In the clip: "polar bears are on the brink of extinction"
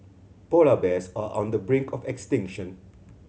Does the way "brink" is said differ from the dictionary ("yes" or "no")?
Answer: no